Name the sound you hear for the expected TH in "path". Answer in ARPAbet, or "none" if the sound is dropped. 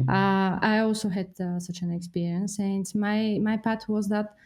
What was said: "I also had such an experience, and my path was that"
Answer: T